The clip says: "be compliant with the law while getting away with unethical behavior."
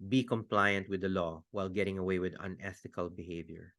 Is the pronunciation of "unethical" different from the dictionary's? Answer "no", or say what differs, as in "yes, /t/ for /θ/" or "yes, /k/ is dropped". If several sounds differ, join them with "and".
yes, /t/ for /θ/